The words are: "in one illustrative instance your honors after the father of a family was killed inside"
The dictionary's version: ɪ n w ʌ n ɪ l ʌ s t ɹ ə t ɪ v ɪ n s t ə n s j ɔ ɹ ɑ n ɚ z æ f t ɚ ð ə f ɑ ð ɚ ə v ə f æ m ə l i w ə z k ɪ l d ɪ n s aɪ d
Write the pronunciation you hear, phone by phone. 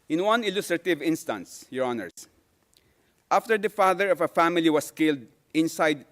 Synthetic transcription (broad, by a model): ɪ n w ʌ n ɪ l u s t ɹ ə t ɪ v ɪ n s t ə n s j ɔ ɹ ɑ n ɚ s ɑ f t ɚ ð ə f ɑ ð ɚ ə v ə f æ m ə l i w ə s k ɪ l d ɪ n s aɪ d